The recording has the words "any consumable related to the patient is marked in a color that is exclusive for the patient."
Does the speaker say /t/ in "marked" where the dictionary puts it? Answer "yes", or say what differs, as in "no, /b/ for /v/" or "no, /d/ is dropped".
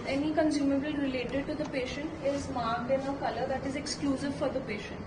no, /t/ is dropped